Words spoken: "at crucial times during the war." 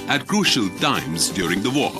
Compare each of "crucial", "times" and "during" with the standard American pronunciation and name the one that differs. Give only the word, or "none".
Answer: none